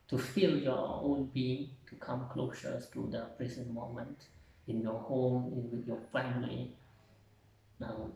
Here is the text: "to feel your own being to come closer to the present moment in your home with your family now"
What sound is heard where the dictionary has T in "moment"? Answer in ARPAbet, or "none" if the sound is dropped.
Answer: T